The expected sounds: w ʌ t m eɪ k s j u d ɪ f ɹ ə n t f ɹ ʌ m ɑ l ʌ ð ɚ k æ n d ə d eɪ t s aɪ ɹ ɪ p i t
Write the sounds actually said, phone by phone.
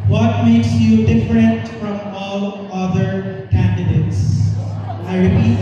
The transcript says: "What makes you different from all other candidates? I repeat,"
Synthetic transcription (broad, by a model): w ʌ t m eɪ k s j u d ɪ f ɹ ə n t f ɹ ʌ m ɑ l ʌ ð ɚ k æ n d ə d eɪ t s aɪ ɹ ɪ p i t